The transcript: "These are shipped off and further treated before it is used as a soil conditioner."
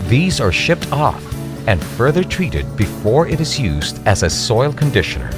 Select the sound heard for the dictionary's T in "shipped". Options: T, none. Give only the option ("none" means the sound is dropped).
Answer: T